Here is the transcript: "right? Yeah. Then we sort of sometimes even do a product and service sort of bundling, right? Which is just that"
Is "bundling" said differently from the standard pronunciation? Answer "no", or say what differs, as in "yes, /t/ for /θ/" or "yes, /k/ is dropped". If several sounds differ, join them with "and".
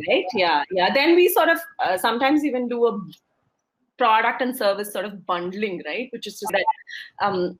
no